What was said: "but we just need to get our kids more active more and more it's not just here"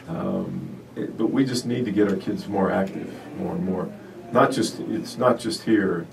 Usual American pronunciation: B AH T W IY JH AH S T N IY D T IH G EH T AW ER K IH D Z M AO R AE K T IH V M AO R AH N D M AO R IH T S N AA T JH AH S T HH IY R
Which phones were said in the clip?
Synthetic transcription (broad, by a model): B AH T W IY JH AH S T N IY D T IH G EH T AW ER K IH D Z M AO R AE K T IH V M AO R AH N M AO R IH T S N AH T JH AH S T HH IY R